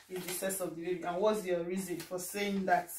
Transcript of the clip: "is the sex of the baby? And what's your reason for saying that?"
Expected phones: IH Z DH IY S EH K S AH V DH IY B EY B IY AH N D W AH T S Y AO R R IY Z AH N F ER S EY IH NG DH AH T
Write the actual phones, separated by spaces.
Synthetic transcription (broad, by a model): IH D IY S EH S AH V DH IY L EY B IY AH N W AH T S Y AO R R IY Z AH N F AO S EY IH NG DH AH T